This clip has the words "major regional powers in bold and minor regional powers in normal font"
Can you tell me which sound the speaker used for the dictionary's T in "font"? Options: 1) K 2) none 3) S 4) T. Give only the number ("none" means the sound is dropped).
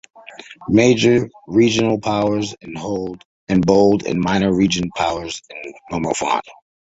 2